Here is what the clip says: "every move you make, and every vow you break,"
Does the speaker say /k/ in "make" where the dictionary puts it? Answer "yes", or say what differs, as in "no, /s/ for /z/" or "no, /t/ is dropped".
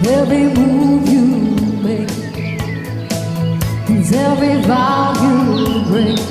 no, /k/ is dropped